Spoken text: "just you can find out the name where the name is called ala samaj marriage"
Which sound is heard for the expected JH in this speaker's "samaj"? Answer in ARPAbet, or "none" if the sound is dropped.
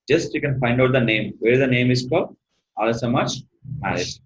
CH